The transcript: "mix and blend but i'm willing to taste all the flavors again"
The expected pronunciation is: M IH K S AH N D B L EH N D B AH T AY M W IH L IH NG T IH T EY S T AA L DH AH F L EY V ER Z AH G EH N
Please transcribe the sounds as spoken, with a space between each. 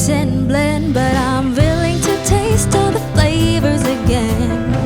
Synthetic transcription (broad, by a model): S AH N B L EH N B AH T AY M W IH L IH NG T IH T EY S T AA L DH AH F L EY V ER Z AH G EH N